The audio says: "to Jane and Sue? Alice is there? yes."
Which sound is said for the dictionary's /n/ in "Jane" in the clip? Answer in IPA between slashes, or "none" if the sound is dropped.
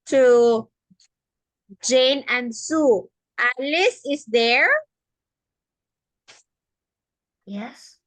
/n/